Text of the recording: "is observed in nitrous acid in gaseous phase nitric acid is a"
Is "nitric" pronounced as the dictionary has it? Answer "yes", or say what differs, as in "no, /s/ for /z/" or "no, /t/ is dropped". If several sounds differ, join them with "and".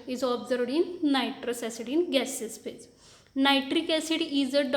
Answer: yes